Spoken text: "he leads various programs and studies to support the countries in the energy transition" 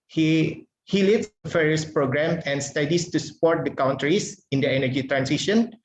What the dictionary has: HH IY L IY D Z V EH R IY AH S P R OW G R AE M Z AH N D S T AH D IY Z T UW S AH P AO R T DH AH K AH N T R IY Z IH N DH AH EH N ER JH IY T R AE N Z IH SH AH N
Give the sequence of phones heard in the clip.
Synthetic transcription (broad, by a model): HH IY L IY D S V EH R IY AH S P R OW G R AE M AH N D S T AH D IY S T UW S AH P AO R T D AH K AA N T R IY S IH N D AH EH N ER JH IY T R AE N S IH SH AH N